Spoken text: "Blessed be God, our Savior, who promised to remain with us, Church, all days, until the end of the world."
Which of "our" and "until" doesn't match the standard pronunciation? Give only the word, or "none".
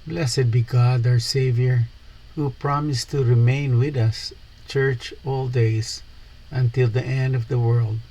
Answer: our